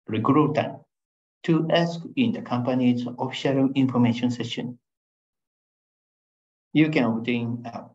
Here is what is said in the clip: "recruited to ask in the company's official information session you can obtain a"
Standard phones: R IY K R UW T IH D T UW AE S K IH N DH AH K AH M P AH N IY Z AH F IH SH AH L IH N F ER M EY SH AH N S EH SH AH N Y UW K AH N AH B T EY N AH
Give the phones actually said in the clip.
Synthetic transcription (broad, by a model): R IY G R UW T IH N T UW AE S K IH N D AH K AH M P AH N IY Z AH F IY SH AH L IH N F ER M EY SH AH N S EH SH AH N Y UW K AH N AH T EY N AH